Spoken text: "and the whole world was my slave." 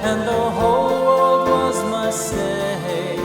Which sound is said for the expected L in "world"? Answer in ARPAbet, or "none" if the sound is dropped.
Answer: none